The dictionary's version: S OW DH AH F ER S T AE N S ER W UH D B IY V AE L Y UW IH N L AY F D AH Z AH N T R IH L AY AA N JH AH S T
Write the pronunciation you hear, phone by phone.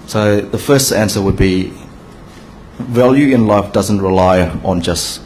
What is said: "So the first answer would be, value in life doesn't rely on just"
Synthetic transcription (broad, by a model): S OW DH AH F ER S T AE N S ER W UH D B IY V AE L Y UW IH N L AY F D AH Z AH N T R IH L AY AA N JH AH S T